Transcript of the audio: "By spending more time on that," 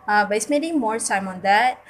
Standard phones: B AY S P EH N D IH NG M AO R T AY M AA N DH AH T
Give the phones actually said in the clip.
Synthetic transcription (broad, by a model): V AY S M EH D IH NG M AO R S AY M AA N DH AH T